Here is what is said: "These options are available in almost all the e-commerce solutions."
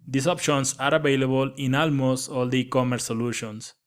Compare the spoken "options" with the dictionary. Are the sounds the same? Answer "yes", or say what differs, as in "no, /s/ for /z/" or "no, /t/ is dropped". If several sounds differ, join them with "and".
no, /s/ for /z/